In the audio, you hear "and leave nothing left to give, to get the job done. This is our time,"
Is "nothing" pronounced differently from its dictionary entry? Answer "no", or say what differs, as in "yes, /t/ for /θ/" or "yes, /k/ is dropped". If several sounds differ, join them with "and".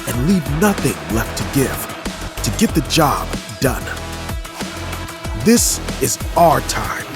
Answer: no